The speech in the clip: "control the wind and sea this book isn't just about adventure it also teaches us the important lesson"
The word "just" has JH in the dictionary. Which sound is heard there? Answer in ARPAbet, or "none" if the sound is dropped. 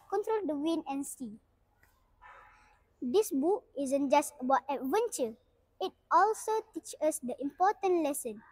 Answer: JH